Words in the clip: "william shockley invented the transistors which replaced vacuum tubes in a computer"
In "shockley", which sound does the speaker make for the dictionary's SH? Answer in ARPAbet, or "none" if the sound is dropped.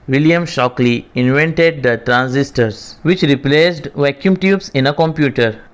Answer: SH